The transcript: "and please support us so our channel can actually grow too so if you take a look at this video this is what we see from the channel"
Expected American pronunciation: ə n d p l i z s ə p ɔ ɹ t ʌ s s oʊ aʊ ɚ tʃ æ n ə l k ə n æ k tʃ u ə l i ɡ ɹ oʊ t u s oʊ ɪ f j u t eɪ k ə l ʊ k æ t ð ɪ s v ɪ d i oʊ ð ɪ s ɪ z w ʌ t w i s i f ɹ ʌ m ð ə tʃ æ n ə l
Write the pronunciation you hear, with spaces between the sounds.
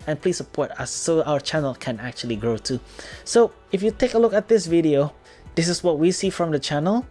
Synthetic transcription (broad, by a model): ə n p l i s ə p ɔ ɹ t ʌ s s oʊ aʊ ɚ tʃ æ n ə l k ə n æ k tʃ u ə l i ɡ ɹ oʊ t u s oʊ ɪ f j u t eɪ k ə l ʊ k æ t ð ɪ s v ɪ d i oʊ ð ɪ s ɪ s w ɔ t w i s i f ɹ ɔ m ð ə tʃ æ n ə l